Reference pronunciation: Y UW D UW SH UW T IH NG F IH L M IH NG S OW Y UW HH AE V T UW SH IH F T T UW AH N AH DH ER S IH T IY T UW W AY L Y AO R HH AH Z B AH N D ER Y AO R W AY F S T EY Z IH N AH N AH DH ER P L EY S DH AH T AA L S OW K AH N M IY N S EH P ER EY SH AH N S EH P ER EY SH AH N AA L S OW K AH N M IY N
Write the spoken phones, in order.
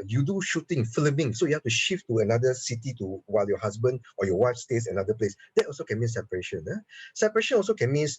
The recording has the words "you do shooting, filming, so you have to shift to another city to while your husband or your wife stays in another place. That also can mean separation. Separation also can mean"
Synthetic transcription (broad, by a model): Y UW D UW SH UW T IH NG F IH L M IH NG S OW Y UW HH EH F T UW SH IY F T T UW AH N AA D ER S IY T IY T UW W AY L Y AO HH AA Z B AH N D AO Y AO W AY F S T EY S IH N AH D AH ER P L EY S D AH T AA L S OW K AH N M IY N S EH P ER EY SH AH N S EH P ER EY SH AH N AA L S OW K AH N M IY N